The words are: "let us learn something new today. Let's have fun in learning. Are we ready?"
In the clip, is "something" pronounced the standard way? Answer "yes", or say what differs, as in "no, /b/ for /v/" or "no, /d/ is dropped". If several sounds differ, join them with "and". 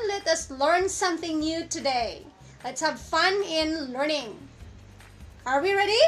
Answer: yes